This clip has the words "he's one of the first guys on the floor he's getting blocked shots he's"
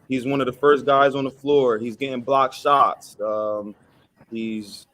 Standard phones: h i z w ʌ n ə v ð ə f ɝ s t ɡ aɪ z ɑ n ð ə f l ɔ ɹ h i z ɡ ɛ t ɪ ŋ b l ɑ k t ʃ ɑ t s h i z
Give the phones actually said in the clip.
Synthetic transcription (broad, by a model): h i z w ʌ n ə v ð ə f ɝ s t ɡ aɪ z n ð ə f l ɔ ɹ h i z ɡ ɛ t ɪ ŋ b l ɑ k ʃ ɑ t s h i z